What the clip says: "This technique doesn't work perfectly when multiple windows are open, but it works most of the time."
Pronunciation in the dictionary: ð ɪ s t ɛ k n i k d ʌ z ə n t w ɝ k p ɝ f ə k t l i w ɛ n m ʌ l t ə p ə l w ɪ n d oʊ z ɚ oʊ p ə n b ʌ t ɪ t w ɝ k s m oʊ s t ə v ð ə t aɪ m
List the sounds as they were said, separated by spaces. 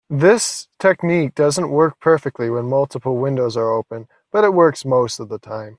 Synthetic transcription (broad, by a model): ð ɪ s t ɛ k n i k d ʌ z ə n t w ɝ k p ɝ f ə k t l i w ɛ n m ʌ l t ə p l w ɪ n d oʊ z ɚ oʊ p ə n b ʌ t ɪ t w ɝ k s m oʊ s t ə v ð ə t aɪ m